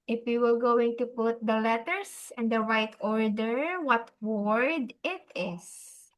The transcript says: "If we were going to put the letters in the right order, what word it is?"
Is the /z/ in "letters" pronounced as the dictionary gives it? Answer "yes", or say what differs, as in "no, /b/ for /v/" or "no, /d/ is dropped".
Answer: no, /s/ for /z/